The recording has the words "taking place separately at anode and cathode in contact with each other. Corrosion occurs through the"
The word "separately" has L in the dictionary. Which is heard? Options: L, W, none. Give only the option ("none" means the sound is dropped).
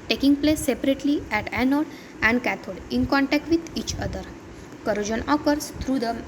L